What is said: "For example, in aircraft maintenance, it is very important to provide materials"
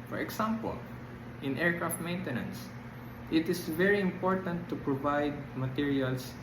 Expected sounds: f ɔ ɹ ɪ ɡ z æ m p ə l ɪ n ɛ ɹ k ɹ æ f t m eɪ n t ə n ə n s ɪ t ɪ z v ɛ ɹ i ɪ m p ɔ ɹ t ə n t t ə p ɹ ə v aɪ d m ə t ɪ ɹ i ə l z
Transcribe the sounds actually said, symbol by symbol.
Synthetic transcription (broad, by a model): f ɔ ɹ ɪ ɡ s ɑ m p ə l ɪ n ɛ ɹ k ɹ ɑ f t m eɪ n t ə n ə n s ɪ t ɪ s v ɛ ɹ i ɪ m p ɔ ɹ t ə n t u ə p ɹ ə v aɪ d m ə t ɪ ɹ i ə l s